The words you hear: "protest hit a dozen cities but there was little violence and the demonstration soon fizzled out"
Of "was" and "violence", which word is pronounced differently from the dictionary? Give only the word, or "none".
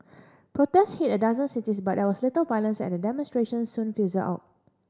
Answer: was